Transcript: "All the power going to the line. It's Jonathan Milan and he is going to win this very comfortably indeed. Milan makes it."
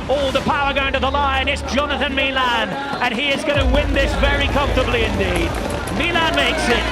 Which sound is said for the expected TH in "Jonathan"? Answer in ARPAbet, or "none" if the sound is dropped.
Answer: TH